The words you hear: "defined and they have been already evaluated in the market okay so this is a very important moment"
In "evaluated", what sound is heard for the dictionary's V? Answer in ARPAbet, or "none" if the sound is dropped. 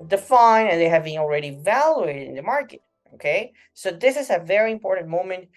V